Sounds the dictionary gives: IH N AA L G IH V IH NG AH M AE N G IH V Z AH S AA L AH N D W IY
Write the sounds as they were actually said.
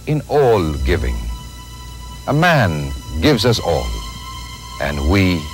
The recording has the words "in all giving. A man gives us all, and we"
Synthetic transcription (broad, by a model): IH N AA L G IH V IH NG AH M AE N G IH V Z AH S AA L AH N W IY